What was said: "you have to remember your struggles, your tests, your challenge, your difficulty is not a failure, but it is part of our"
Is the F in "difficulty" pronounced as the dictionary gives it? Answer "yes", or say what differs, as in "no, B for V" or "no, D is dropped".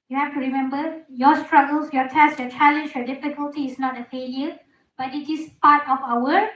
yes